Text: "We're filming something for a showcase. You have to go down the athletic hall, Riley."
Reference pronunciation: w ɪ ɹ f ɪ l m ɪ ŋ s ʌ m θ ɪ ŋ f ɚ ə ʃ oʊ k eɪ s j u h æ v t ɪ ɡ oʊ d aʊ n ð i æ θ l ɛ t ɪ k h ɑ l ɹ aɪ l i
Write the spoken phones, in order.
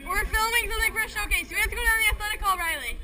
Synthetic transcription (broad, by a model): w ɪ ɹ f ɪ l m ɪ ŋ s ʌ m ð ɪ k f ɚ ə ʃ oʊ k eɪ s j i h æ f t ɪ ɡ oʊ d aʊ n ð i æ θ l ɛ t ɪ k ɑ l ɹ aɪ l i